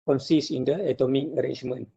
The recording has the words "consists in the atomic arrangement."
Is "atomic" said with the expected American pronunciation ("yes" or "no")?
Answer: yes